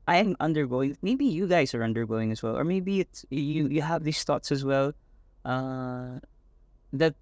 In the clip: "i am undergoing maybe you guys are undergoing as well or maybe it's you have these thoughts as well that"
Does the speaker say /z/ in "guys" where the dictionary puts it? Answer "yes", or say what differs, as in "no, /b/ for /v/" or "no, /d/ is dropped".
yes